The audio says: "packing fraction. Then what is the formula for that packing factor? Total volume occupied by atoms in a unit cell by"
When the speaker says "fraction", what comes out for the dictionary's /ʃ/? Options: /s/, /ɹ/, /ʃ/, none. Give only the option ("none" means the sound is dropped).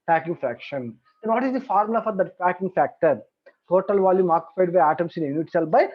/ʃ/